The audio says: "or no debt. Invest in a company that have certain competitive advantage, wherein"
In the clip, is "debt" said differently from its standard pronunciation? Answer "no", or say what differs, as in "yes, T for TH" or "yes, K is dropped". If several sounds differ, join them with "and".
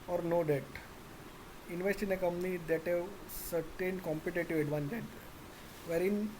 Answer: no